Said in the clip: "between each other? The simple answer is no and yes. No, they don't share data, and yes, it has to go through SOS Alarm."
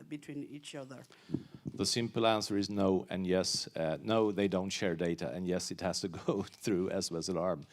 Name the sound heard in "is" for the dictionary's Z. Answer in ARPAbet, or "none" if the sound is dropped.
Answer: Z